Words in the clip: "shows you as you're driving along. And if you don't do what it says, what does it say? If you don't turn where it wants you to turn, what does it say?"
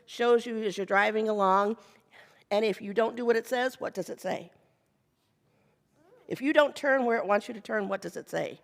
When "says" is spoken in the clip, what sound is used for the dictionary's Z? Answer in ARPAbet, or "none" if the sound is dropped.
Z